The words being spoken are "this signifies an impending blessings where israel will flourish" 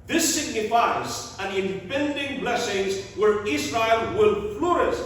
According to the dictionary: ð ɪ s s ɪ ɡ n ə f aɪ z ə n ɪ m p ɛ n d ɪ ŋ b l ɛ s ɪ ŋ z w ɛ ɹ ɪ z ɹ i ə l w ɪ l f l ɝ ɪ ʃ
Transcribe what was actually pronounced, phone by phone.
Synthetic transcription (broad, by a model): ð ɪ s s ɪ ɡ n ə f aɪ z ə n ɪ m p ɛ n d ɪ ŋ b l ɛ s ɪ ŋ z w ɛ ɹ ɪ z ɹ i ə l w ɪ l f l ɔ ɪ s